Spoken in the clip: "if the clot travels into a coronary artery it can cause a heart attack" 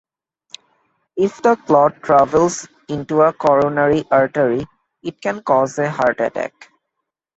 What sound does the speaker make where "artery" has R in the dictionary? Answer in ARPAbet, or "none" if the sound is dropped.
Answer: R